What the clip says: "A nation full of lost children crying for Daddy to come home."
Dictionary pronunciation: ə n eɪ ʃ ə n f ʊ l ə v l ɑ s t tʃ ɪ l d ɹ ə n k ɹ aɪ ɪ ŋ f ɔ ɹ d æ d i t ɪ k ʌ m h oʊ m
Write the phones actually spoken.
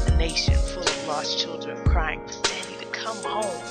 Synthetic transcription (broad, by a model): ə n eɪ ʃ ə n f ʊ l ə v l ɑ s tʃ ɪ l d ɹ ə n k ɹ aɪ ɪ ŋ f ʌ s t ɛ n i t ɪ k ʌ m h oʊ m